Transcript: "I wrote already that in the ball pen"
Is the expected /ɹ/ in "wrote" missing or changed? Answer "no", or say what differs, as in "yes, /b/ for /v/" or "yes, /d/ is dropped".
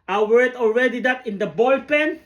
yes, /w/ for /ɹ/